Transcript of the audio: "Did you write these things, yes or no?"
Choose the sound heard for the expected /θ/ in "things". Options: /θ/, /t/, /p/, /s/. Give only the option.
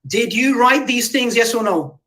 /θ/